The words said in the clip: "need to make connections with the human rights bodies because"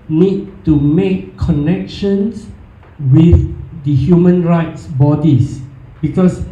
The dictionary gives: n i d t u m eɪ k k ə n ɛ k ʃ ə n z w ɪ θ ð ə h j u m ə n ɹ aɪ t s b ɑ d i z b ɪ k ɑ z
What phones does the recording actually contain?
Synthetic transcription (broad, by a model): n i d t u m eɪ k k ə n ɛ k ʃ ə n s w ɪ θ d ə h j u m ə n ɹ aɪ t s b ɑ d i s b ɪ k ɑ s